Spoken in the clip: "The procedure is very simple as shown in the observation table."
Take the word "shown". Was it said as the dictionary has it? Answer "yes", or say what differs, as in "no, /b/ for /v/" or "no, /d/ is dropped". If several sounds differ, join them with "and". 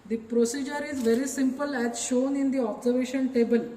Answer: yes